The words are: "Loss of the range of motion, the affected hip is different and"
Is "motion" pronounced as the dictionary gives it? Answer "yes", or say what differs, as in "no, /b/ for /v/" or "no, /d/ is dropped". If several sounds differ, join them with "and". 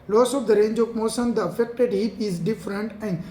no, /s/ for /ʃ/